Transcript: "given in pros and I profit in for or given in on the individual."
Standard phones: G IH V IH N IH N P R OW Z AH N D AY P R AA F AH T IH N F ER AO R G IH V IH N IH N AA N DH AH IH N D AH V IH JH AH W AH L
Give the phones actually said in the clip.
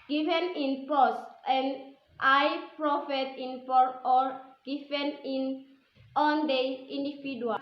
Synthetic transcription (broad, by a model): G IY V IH N IH N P OW S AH N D AY P R AA F AH T IH N P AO AO R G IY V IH N IH N AA N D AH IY N D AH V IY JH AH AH